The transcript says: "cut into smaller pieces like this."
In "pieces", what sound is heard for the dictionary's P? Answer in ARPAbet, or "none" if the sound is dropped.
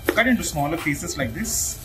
F